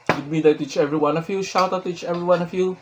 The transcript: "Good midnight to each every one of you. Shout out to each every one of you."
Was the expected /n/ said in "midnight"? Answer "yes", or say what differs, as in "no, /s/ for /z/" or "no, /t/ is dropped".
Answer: no, /n/ is dropped